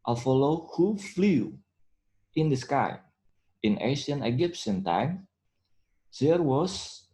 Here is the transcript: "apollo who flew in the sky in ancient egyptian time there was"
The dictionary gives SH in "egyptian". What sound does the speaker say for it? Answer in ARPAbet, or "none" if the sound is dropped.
S